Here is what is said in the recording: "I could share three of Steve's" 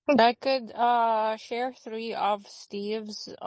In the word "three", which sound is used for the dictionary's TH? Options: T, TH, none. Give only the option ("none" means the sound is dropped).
TH